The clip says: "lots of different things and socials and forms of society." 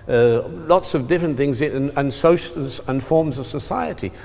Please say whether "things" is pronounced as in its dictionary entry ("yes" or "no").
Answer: yes